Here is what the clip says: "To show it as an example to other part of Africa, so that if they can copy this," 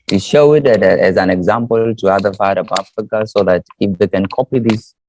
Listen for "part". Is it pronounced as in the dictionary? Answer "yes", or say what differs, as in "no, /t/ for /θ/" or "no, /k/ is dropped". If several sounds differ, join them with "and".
no, /f/ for /p/